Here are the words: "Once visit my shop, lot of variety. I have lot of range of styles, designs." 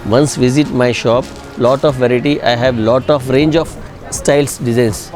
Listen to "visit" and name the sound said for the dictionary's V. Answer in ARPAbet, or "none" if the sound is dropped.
V